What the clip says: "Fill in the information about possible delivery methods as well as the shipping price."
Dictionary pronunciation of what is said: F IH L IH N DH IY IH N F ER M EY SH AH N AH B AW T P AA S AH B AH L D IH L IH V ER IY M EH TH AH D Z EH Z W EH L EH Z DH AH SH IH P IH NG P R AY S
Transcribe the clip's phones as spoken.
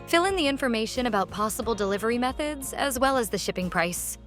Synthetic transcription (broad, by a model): F IH L IH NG DH IY IH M F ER M EY SH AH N AH B AW T P AA S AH B L D IH L IH V ER IY M EH TH AH D Z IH Z W EH L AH Z DH AH SH IH P IH NG P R AY S